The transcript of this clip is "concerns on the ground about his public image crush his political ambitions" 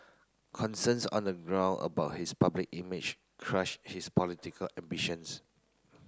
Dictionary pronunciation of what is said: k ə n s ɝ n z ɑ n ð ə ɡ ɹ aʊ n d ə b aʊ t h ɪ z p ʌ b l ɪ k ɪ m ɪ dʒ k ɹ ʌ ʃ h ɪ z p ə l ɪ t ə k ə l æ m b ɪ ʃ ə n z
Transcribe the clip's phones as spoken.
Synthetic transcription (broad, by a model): k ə n s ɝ n s ɑ n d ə ɡ ɹ aʊ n ə b aʊ t h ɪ s p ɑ b l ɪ k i m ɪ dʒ k ɹ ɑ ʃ h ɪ s p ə l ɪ t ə k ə l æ m b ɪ ʃ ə n s